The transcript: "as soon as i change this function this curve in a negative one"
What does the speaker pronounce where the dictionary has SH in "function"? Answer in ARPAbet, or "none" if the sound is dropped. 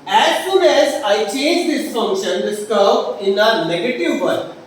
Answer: SH